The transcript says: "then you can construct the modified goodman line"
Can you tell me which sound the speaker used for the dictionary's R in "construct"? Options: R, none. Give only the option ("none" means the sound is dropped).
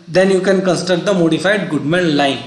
none